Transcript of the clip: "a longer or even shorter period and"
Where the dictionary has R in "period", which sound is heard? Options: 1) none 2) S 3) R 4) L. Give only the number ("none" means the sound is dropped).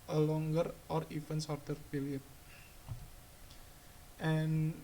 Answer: 4